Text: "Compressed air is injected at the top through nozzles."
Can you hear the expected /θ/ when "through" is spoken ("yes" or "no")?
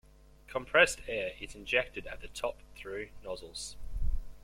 yes